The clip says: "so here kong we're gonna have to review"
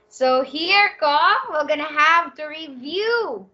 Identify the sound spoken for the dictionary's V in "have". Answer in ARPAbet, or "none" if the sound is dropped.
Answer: V